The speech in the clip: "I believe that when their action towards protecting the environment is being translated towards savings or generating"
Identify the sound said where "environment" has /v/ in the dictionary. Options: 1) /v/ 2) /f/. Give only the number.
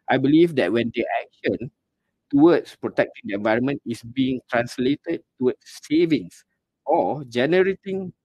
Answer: 1